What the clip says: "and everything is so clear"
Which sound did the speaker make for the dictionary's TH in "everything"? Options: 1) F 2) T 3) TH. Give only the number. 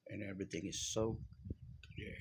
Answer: 3